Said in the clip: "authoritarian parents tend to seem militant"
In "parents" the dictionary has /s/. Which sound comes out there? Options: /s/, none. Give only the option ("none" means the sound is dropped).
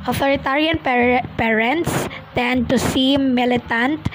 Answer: /s/